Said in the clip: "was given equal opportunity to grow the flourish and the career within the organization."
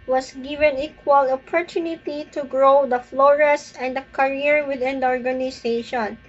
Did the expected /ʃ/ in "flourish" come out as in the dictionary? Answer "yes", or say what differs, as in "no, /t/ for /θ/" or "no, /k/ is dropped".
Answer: no, /s/ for /ʃ/